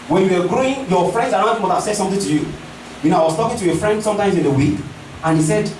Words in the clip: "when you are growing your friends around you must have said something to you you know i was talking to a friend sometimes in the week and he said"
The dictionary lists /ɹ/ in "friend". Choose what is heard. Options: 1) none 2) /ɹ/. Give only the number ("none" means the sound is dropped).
2